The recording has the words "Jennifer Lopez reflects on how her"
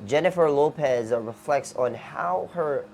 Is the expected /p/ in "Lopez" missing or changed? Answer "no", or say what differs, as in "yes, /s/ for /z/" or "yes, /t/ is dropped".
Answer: no